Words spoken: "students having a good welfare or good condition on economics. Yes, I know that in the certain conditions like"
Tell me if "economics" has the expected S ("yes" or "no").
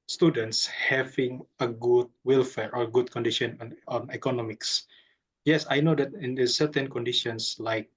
yes